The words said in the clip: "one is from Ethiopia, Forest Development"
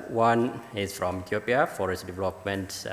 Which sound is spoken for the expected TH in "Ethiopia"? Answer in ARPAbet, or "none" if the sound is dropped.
T